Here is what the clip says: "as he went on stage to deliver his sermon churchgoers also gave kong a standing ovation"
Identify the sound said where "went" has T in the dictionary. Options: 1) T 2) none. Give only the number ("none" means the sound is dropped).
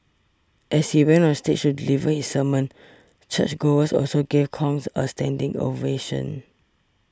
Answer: 2